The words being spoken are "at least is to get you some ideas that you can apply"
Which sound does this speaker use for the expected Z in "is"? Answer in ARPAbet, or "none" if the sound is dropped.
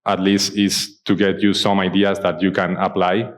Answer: S